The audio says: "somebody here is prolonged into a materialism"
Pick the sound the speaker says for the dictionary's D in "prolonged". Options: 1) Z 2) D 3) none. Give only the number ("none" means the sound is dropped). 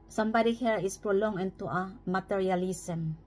3